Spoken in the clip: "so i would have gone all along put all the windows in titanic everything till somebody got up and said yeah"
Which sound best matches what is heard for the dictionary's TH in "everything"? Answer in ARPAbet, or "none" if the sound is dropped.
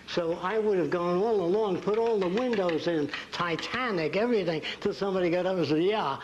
TH